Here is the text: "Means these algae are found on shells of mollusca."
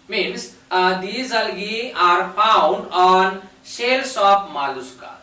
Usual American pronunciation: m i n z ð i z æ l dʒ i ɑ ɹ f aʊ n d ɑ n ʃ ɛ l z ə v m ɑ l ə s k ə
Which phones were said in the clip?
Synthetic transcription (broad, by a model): m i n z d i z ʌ l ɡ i ɑ ɹ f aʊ n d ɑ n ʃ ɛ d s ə p m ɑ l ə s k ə